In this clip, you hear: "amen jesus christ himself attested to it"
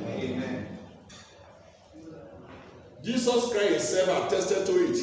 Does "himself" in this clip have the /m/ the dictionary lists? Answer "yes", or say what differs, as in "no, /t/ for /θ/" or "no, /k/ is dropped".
no, /m/ is dropped